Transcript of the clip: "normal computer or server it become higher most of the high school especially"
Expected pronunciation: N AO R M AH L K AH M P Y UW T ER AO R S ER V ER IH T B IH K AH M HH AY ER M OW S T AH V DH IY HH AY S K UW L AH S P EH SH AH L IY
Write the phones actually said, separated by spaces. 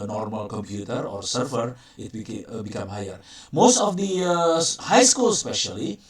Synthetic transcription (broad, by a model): N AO R M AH L K AH M P Y UW T ER AO R S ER F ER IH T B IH K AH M HH AY ER M OW S T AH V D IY HH AY S K UW L S P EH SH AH L IY